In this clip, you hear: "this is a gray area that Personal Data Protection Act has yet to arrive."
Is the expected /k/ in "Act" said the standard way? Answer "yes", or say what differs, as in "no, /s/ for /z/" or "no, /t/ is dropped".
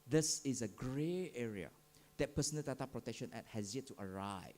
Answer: no, /k/ is dropped